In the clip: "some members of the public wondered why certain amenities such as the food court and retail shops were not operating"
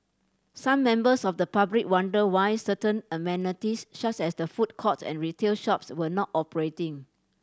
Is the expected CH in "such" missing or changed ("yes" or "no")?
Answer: yes